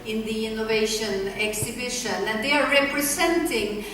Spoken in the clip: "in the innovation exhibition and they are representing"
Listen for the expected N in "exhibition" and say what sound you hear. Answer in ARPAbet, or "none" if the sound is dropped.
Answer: N